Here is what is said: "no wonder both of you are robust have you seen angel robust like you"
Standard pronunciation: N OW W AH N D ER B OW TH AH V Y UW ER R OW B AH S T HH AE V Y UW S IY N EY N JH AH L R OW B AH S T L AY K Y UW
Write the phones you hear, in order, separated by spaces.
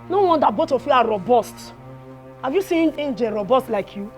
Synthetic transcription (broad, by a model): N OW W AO N D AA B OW T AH F Y UW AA R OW B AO S T HH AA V Y UW S IY N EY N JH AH R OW B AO S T L AY K Y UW